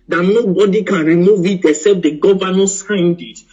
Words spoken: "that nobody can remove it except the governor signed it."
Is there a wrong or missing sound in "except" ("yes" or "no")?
yes